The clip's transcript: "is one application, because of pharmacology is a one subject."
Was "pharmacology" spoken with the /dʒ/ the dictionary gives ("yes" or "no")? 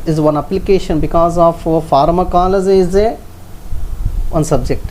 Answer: no